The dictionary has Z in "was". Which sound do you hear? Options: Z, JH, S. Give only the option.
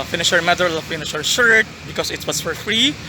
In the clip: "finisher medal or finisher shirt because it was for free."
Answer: S